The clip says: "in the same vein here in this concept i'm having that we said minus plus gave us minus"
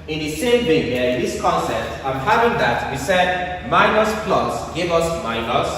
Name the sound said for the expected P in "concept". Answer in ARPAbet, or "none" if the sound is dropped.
none